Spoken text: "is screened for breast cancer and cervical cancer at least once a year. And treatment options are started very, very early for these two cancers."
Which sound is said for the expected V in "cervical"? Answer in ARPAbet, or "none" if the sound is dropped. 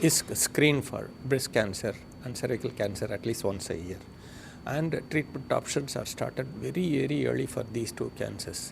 none